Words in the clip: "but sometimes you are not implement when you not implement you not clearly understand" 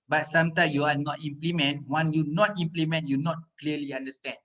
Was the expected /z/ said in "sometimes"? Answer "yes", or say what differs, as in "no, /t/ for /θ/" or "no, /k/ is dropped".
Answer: no, /z/ is dropped